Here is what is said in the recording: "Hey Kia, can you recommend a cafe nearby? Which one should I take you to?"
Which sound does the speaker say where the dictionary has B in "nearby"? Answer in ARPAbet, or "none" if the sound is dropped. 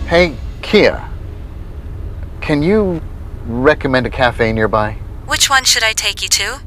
B